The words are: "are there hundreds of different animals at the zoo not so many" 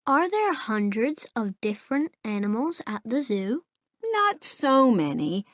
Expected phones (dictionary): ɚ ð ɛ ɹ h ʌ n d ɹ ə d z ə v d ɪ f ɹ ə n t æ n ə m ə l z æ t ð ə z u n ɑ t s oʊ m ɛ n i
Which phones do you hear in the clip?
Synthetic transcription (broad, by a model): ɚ ð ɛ ɹ h ʌ n d ɹ ə d z ə v d ɪ f ɹ ə n t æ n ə m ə l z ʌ t ð ə z u n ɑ t s oʊ m ɛ n i